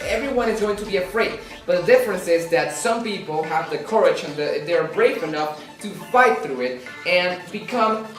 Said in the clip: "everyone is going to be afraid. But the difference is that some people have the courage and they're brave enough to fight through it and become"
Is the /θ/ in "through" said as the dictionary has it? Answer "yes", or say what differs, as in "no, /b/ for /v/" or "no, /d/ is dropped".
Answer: yes